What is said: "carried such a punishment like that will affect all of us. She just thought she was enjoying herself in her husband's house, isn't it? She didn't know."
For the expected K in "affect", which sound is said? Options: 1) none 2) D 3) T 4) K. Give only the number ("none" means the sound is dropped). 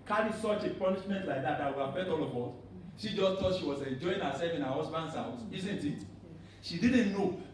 1